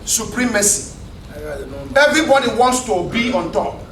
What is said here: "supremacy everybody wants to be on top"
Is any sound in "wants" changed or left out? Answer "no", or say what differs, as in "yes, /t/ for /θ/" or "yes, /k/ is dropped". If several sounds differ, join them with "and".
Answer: no